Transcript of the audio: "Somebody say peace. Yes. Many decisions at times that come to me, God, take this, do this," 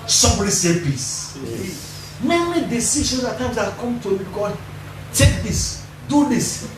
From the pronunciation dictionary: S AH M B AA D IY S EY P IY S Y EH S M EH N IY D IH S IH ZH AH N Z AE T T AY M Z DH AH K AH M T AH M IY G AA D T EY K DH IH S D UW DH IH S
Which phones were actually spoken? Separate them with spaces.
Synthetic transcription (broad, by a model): S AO M B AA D IY S EY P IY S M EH M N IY D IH S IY SH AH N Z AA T T AY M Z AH K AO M T AH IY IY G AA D T EY K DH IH S D UW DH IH S